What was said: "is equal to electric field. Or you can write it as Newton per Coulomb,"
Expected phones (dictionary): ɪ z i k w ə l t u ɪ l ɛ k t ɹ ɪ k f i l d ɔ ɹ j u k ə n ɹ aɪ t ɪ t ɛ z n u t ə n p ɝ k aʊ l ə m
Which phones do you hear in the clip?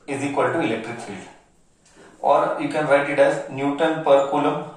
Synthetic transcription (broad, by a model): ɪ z i k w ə l t u ɪ l ɛ k t ɹ ɪ k f i l d ɔ ɹ j u k ə n ɹ aɪ t ɪ t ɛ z n u t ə n p ɝ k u l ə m